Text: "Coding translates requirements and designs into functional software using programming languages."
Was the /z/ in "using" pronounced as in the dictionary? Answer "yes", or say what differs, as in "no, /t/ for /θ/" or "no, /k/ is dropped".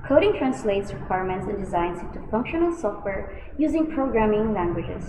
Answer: yes